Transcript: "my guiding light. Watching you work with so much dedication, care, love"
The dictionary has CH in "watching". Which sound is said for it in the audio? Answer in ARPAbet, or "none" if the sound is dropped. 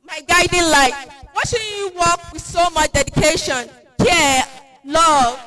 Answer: SH